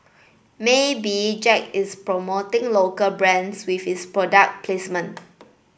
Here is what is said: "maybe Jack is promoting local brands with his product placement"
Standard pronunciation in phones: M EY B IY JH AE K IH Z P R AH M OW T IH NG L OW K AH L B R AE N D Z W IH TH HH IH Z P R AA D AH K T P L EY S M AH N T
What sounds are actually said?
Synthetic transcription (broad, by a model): M EY B IY JH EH K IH S P R AH M OW T IH NG L OW K AH L B R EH N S W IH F HH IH S P R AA D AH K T P L EY S M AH N